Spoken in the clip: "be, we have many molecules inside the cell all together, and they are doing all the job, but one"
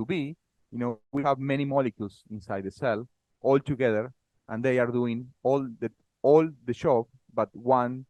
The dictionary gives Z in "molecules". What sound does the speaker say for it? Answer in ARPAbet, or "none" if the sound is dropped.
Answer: S